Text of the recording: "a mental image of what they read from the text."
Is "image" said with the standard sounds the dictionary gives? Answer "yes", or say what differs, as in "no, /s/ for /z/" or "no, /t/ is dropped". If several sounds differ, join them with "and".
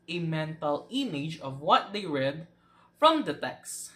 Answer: yes